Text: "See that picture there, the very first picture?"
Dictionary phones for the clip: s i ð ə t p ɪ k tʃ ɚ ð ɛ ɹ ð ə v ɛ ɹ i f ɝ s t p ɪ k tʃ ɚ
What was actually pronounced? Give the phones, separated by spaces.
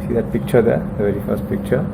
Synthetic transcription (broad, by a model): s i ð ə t p ɪ k tʃ ɚ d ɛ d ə v ɛ ɹ i f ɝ s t p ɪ k tʃ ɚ